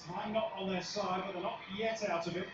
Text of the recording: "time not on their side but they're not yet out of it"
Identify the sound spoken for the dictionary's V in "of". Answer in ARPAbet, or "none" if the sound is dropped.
V